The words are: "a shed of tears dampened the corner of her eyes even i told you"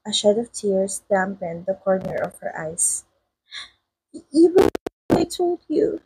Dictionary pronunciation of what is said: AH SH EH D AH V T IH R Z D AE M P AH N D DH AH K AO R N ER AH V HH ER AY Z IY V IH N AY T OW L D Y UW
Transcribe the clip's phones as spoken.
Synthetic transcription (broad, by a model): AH SH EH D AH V T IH R S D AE M P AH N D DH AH K AO R N ER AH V HH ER AY S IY W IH AY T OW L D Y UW